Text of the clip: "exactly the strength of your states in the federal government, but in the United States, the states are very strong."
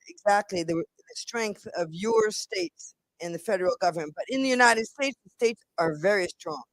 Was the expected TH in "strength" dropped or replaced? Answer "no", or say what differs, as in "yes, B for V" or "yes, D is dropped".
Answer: no